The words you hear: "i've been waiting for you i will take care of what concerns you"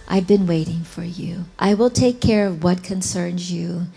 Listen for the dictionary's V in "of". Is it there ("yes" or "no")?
yes